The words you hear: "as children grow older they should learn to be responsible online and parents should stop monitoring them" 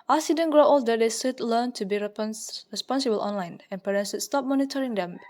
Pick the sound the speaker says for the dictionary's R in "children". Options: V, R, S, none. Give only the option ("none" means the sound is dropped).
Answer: none